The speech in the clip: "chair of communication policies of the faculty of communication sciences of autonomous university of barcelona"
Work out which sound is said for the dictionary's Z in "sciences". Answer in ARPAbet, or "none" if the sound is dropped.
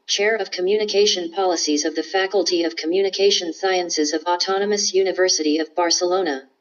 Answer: Z